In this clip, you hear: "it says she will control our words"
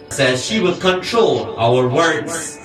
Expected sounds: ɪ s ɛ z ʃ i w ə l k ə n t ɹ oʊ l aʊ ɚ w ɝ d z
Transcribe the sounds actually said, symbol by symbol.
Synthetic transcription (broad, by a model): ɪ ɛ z ʃ i w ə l k ə n t ɹ oʊ l aʊ ɚ w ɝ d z